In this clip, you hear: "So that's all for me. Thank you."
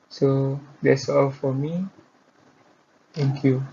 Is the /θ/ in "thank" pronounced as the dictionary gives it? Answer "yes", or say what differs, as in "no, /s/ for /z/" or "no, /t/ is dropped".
no, /t/ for /θ/